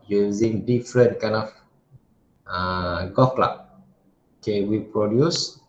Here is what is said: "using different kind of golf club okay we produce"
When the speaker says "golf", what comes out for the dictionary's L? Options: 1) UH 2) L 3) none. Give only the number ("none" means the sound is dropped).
3